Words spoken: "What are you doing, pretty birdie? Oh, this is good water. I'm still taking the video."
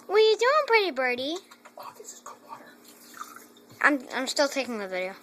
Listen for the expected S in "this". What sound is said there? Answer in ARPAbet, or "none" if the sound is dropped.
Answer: none